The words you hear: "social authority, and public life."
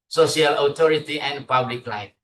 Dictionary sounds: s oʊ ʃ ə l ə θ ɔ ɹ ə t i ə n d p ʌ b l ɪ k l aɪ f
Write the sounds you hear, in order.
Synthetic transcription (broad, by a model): s oʊ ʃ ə l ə t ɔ ɹ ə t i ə n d p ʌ b l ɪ k l aɪ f